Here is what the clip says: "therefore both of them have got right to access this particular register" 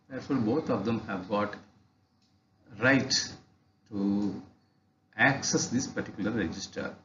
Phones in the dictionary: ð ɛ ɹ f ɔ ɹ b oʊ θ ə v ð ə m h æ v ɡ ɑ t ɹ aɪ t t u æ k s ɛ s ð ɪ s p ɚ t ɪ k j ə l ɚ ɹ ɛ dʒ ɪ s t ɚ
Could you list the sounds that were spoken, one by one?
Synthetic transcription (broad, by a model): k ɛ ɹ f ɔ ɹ b oʊ t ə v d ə m h æ v ɡ ɑ t ɹ aɪ t t u æ k s ɛ s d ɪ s p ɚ t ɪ k j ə l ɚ ɹ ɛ dʒ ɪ s t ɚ